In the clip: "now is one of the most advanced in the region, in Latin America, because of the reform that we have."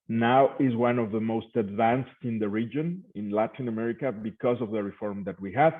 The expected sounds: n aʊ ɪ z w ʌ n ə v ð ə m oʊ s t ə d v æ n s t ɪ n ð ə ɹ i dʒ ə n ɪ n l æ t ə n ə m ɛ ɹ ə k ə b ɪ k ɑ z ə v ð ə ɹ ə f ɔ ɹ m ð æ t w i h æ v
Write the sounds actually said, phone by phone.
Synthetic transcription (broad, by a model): n aʊ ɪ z w ʌ n ə v ð ə m oʊ s t ə d v æ n s t ɪ n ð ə ɹ i dʒ ə n ɪ n l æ t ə n ə m ɛ ɹ ə k ə b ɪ k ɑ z ə v ð ə ɹ ə f ɔ ɹ m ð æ t w i h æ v